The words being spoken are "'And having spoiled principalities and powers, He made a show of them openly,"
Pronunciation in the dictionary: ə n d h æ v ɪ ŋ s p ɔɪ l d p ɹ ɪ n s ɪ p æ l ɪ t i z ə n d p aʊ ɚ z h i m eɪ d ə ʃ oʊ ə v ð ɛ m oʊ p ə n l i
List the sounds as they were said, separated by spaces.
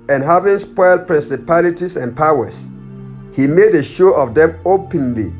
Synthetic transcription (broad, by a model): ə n h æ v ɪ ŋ s p ɔɪ l d p ɹ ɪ n s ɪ p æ l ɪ t i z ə n p aʊ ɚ s h i m eɪ d ə ʃ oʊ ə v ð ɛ m oʊ p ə n l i